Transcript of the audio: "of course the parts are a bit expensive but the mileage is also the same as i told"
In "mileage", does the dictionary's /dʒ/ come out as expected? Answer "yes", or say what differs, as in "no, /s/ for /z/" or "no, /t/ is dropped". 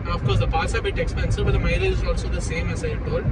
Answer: no, /dʒ/ is dropped